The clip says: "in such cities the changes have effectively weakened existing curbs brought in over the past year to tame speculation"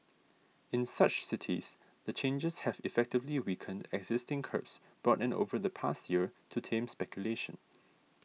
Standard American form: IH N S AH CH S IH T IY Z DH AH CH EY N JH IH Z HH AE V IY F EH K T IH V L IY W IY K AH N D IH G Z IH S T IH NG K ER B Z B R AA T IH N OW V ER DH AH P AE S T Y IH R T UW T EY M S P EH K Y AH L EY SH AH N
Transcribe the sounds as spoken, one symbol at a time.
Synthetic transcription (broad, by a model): IH N S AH CH S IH T IY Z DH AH CH EY N JH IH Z HH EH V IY F EH K T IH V L IY W IY K AH N D IH G Z IH S T IH NG K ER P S B R AA T IH N OW V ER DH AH P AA S T Y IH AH T UW T EY M S P EH K Y AH L EY SH AH N